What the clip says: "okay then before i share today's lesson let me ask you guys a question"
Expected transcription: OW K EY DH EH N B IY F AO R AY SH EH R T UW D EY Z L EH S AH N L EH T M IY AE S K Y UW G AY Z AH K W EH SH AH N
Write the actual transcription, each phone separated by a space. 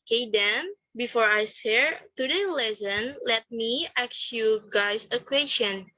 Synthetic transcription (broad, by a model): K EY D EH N B IY F AO R AY S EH R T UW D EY L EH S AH N L EH T M IY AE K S Y UW G AY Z AH K W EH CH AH N